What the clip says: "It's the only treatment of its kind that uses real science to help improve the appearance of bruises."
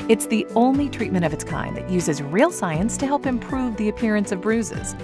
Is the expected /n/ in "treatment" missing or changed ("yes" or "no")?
yes